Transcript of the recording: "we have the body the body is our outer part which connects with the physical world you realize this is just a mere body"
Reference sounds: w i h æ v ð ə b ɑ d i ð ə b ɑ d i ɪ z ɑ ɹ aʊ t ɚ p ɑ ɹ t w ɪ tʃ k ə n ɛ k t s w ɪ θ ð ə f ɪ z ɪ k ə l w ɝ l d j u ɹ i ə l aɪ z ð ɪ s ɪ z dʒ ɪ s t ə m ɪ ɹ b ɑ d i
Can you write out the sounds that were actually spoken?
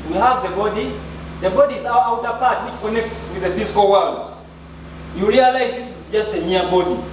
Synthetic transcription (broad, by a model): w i h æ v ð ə b ɑ d i ð ə b ɑ d i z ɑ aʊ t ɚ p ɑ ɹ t w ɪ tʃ k ə n ɛ k t s w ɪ ð ə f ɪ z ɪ k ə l w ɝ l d j u ɹ i ə l aɪ z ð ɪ s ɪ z dʒ ɪ s t ə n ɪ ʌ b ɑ d i